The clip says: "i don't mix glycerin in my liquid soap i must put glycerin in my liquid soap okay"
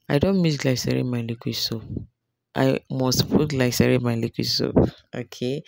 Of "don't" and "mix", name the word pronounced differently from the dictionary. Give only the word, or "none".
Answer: mix